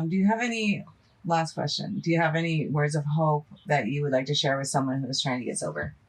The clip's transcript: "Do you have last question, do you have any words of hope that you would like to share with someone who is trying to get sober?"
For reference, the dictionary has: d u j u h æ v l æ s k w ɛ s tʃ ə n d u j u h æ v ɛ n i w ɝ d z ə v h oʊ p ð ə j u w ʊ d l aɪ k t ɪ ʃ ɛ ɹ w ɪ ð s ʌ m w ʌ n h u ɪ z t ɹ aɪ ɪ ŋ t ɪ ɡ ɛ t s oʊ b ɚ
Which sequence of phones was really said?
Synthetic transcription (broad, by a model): d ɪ j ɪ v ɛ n l æ s k w ɛ s tʃ ə n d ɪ j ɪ v ɛ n i w ɝ d z ə v h oʊ p ð ə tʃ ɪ w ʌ d l aɪ k t ɪ ʃ ɛ ɹ w ɪ ð s ʌ m w ʌ n h u ɪ z t ɹ aɪ ɪ ŋ t ɪ ɡ ɛ t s oʊ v ɚ